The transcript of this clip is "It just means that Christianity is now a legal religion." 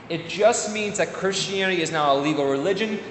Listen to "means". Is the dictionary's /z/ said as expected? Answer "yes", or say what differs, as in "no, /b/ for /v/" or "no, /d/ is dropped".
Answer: yes